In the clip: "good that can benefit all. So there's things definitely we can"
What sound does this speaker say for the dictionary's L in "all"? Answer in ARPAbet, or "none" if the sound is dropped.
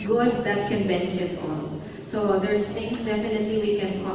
N